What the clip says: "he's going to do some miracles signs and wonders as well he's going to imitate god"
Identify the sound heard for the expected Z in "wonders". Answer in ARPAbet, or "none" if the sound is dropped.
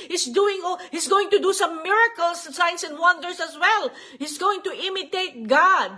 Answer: S